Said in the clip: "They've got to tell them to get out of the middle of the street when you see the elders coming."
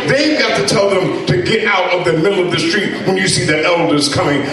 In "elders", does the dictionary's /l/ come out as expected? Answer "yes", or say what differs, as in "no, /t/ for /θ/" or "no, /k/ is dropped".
yes